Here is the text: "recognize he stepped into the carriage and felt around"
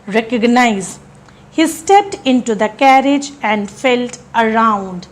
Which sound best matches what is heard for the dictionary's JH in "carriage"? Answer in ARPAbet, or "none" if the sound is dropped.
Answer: JH